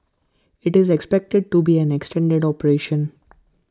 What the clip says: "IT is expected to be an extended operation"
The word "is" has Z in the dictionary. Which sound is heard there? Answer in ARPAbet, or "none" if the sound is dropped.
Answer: Z